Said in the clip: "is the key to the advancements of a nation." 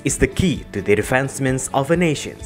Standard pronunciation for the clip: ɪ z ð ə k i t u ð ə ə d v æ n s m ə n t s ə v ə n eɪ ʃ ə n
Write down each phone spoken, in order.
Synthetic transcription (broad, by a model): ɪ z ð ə k i t u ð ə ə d f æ n s m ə n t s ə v ə n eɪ ʃ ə n